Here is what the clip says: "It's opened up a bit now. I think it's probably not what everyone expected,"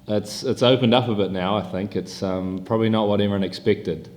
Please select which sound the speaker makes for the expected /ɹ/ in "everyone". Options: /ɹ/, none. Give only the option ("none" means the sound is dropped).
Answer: none